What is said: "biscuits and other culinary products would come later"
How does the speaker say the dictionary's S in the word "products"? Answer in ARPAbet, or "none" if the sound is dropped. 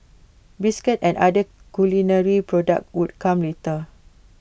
none